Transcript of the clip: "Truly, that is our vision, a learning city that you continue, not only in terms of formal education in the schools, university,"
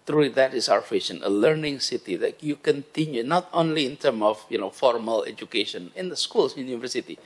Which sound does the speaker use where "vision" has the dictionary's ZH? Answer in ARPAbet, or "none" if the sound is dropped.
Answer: SH